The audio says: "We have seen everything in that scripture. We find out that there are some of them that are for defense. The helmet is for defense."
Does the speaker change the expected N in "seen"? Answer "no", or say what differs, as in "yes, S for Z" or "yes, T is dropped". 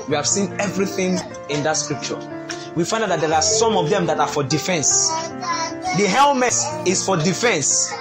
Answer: no